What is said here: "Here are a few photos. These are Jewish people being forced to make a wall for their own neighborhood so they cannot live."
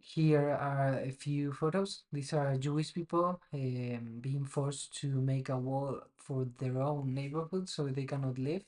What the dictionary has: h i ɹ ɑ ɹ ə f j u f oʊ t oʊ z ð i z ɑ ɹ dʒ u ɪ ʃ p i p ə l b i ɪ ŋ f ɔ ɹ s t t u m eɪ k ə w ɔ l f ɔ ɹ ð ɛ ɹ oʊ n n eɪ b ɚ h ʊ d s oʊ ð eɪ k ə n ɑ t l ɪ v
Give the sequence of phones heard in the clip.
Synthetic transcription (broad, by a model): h i ɹ ɑ ɹ ə f j u f oʊ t oʊ s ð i s ɑ ɹ dʒ u ɪ ʃ p i p ə l b i ɪ ŋ f ɔ ɹ s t t u m eɪ k ə w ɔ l f ɔ ɹ ð ɛ ɹ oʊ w n eɪ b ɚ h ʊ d s oʊ ð eɪ k ə n ɑ t l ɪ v